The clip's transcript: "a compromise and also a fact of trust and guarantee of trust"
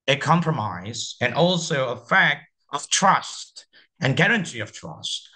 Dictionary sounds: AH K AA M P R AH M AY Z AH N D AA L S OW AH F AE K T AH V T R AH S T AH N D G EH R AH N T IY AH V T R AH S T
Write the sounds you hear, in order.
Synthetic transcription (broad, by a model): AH K AA M P R AH M AY Z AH N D AA L S OW AH F AE K T AH V T R AH S T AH N G EH R AH N T IY AH V T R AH S T